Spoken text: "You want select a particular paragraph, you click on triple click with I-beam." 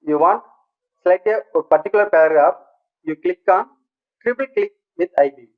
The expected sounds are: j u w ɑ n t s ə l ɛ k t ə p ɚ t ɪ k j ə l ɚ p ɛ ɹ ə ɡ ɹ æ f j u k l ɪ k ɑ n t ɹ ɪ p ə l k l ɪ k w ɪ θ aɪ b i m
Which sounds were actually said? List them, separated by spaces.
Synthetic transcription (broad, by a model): j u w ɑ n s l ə ɪ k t ə p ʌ t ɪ k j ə l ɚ p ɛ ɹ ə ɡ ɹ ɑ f j u k l ɪ k ɑ n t ɹ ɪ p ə l k l ɪ k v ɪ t aɪ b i